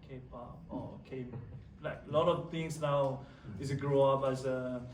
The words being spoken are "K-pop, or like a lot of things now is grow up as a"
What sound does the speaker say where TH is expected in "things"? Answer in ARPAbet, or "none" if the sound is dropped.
T